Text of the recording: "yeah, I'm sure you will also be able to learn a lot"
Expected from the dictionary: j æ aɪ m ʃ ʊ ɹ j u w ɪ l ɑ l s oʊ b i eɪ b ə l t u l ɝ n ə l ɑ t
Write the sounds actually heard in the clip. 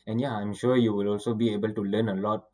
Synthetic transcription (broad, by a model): j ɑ aɪ m ʃ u j u w ɪ l ɑ l s oʊ b i eɪ b ə l t u l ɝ n ə l ɑ t